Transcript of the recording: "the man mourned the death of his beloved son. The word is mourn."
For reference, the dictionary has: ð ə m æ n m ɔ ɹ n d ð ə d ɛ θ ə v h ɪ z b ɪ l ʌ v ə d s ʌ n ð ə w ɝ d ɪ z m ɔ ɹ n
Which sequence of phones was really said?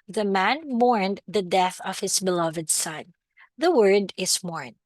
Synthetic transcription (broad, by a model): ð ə m æ n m ɔ ɹ n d ð ə d ɛ θ ə v h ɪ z b ɪ l ʌ v ə d s ʌ n ð ə w ɝ d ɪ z m ɔ ɹ n